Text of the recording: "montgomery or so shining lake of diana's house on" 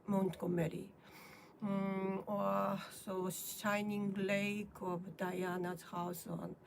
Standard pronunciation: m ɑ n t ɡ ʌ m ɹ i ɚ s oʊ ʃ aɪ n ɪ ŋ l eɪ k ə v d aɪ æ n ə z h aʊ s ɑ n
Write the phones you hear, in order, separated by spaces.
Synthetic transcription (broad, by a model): m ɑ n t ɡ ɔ m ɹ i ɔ s oʊ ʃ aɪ n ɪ ŋ l eɪ k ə b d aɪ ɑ n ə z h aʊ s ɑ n